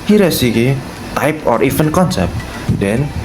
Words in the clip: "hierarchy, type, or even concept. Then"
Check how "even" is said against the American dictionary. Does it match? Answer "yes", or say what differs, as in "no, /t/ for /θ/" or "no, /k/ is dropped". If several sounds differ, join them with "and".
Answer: no, /f/ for /v/